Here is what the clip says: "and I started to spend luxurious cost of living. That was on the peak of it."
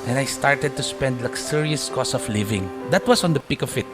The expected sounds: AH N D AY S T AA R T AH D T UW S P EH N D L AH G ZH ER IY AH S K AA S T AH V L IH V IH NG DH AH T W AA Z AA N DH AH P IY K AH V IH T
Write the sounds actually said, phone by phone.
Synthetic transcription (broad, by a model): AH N AY S T AA R T AH D T UW S P EH N D L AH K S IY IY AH S K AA S AH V L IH V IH NG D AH T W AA S AA N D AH P IY K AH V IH T